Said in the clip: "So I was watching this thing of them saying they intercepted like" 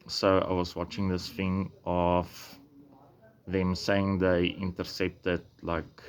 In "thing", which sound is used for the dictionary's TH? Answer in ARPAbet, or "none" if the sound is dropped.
F